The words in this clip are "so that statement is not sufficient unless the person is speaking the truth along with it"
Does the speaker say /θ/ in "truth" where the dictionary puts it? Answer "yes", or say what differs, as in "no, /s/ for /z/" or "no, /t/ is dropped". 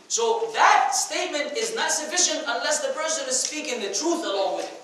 yes